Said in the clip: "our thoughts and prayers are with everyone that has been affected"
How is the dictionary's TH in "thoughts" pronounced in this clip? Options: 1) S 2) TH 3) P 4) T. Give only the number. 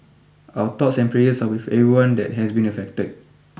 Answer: 4